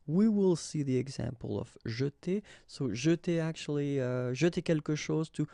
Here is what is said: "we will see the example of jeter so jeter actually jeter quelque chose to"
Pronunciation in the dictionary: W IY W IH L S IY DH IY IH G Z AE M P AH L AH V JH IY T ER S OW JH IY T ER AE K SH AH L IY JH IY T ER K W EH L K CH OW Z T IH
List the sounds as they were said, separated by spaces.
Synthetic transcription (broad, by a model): W IY W IH L S IY DH IY IH G Z AE M P AH L AH V ZH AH T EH S OW ZH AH T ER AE K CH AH L IY ZH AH T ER K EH L K SH OW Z T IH